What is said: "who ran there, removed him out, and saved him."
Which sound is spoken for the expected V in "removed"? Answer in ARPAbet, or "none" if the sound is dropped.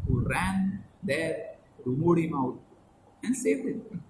none